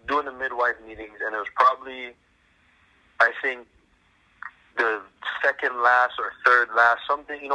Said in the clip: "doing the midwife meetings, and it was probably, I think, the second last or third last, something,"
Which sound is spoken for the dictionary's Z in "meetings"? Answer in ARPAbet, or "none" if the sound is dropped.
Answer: Z